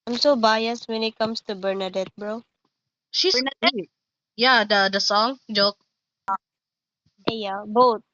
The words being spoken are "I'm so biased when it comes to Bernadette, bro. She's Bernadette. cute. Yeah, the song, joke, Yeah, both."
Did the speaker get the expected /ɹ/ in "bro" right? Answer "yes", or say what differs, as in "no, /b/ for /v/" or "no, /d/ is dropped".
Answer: yes